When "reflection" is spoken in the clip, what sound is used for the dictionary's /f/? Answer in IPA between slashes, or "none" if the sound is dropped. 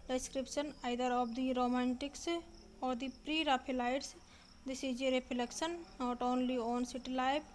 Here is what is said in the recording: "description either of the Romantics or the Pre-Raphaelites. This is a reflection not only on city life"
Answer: /p/